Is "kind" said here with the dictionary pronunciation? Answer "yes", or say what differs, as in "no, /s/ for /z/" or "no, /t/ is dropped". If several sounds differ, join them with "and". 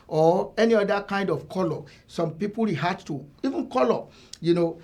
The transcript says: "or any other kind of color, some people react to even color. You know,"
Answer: yes